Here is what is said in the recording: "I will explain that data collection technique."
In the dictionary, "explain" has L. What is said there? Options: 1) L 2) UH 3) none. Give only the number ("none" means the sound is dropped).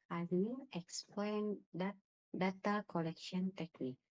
1